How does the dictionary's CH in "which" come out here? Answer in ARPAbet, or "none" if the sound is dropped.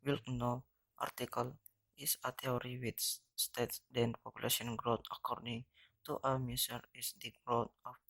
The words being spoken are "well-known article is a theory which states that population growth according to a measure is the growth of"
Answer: S